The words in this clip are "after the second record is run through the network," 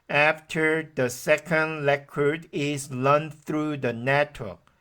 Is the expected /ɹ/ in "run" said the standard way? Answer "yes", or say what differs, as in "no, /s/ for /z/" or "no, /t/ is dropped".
no, /l/ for /ɹ/